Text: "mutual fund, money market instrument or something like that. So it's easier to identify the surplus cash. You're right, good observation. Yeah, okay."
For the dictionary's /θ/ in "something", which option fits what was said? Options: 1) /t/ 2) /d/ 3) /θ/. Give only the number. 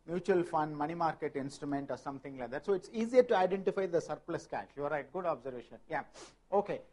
1